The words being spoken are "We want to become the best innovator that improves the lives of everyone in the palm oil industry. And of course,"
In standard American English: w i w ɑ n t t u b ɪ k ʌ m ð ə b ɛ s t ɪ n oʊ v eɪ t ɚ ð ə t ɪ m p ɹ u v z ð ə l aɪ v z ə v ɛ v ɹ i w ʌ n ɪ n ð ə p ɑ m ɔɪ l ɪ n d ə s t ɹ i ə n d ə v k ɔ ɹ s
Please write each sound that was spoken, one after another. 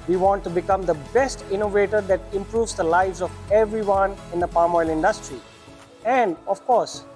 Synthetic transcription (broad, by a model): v i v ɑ n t t u b ɪ k ʌ m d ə b ɛ s t ɪ n oʊ v eɪ t ɚ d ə t ɪ m p ɹ u v z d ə l aɪ v z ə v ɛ v ɹ i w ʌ n ɪ n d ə p ɑ m ɔɪ l ɪ n d ə s t ɹ i ə n d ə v k ɔ ɹ s